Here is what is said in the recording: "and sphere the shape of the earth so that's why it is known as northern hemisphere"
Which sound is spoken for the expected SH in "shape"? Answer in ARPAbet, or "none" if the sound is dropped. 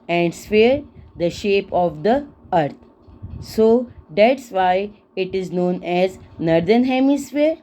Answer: SH